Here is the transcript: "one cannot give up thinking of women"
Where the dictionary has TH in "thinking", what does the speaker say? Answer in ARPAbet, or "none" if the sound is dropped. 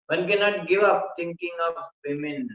T